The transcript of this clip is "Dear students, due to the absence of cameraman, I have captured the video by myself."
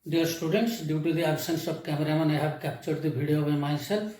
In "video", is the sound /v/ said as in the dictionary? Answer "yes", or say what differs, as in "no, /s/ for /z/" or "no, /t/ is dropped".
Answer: no, /b/ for /v/